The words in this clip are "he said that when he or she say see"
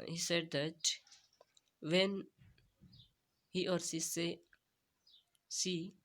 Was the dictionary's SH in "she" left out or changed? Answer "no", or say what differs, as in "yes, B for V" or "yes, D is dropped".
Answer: yes, S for SH